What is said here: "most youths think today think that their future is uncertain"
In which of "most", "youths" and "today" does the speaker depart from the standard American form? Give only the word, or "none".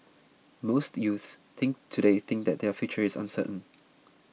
none